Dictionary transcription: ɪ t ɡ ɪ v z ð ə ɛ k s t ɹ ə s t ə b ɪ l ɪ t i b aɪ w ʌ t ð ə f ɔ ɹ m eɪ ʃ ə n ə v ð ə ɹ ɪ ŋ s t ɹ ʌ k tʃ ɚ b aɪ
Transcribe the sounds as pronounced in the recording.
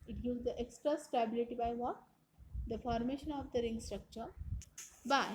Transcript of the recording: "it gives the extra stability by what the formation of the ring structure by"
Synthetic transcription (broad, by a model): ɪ t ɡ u z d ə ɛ k s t ɹ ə s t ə b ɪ l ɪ t i b aɪ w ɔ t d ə f ɔ ɹ m eɪ ʃ ə n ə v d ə ɹ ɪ ŋ s t ɹ ʌ k tʃ ɚ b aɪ